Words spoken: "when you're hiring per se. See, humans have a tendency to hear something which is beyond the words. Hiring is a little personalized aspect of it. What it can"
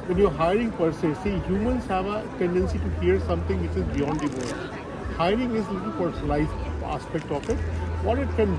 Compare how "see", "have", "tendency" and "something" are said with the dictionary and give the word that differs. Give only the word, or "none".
something